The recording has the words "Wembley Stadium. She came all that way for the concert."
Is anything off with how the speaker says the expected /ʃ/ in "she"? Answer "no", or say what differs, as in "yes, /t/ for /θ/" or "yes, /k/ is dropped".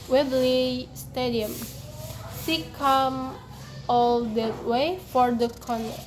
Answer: yes, /s/ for /ʃ/